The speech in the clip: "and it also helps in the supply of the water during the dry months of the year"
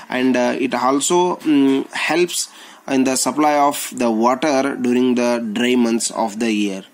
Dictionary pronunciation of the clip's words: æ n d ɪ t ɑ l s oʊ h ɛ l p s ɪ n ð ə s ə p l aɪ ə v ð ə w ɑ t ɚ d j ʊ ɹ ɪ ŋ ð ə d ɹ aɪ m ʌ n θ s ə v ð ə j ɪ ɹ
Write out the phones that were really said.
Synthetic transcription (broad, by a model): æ n d ɪ t ɑ l s oʊ h ɛ l p s ɪ n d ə s ə p l aɪ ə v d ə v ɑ t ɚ d j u ɹ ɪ ŋ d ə d ɹ aɪ m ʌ n t s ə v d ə j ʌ ɹ